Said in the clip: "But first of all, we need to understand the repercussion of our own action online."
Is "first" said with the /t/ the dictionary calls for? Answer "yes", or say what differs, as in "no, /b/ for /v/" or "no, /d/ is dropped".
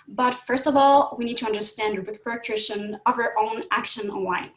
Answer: yes